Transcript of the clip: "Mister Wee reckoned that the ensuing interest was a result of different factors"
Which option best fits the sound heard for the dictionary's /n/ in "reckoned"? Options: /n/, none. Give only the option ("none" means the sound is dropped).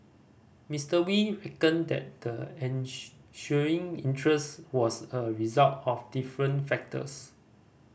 /n/